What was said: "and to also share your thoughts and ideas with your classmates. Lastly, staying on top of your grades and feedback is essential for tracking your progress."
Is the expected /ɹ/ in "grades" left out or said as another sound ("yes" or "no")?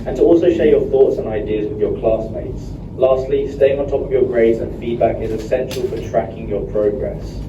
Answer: no